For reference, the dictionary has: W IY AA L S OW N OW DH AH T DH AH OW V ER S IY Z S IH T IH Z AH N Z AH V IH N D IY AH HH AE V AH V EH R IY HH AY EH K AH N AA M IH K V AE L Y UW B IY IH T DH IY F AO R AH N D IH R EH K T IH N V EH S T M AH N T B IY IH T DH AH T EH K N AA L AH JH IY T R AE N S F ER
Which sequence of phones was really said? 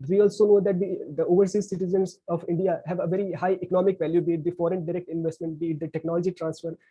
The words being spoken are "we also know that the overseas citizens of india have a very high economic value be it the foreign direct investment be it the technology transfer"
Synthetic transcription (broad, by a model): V IY AA L S OW N OW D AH T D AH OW V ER S IY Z S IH T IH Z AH N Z AH V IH N D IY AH HH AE V AH V EH R IY HH AY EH K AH N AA M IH K V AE L Y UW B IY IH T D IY F AO R AH N D IH R EH K T IH N V EH S T M AH N T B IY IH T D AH T EH K N AA L AH JH IY T R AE N S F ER